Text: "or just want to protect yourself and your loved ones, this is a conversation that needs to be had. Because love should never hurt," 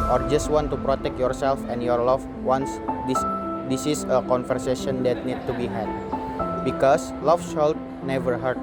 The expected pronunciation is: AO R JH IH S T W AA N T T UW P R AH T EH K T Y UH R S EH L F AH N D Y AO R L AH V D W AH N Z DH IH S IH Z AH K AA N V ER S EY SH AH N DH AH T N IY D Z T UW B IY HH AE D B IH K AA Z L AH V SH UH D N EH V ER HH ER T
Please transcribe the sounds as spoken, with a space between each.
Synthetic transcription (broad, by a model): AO R JH IH S T W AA N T T UW P R AH T EH K T Y UH R S EH L F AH N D Y AO R L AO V W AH N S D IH S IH S AH K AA N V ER S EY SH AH N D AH T N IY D T UW B IY HH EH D B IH K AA S L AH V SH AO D N EH V ER HH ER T